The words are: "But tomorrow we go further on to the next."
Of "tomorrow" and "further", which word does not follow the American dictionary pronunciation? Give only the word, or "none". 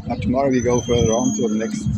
none